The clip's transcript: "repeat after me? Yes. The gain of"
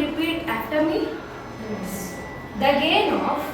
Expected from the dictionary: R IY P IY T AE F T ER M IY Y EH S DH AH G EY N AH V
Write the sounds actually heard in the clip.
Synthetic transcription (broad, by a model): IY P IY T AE T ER M IY Y EH S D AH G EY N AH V